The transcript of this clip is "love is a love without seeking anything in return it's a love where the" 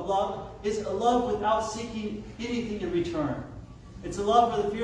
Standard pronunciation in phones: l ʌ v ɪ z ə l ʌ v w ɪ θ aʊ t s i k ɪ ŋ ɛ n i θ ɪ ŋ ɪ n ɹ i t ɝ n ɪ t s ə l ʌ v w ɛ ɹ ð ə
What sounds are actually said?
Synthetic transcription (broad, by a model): l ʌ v ɪ z ə l ʌ v w ɪ θ aʊ t s i k ɪ ŋ ɛ n i θ ɪ ŋ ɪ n ɹ i t ɝ n ɪ t s ə l ʌ v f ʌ ɹ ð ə